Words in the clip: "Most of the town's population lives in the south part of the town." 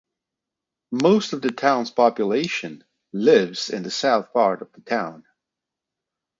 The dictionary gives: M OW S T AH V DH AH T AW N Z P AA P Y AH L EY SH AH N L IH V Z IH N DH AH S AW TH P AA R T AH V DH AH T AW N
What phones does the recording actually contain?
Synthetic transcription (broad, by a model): M OW S T AH V DH AH T AW N Z P AA P Y AH L EY SH AH N L IH V Z IH N DH AH S AW TH P AA R T AH V DH AH T AW N